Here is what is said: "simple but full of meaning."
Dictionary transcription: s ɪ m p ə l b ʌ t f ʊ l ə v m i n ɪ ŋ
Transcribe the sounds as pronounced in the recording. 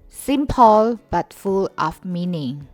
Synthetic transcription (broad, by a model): s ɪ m p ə l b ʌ t f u l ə f m i n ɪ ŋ